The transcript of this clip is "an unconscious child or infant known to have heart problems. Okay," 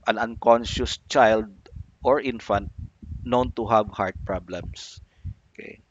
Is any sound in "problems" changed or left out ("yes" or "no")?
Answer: yes